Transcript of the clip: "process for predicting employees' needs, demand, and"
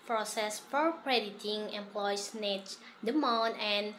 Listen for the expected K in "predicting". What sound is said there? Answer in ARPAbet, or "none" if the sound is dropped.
none